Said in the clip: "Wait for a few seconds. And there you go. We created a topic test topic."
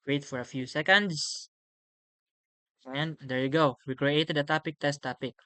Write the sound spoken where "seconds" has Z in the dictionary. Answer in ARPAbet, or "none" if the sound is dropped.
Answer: S